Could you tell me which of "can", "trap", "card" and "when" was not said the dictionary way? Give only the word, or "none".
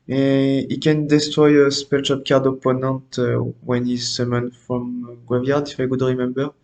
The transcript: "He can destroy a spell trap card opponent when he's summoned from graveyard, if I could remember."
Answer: trap